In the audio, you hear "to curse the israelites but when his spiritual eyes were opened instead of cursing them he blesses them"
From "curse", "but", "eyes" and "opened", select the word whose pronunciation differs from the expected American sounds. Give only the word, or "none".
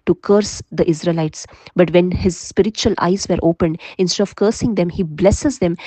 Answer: none